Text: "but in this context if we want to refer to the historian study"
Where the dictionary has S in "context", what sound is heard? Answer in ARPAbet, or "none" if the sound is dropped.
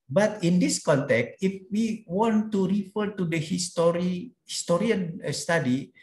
S